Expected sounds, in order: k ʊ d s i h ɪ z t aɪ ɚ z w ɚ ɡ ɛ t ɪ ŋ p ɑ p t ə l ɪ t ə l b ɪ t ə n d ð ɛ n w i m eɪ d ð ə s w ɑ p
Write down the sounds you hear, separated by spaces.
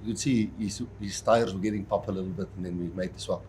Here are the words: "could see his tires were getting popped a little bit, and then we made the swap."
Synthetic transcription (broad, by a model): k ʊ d s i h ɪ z t aɪ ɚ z w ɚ ɡ ɛ t ɪ ŋ p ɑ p ə l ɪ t l b ɪ t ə n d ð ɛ n w i m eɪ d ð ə s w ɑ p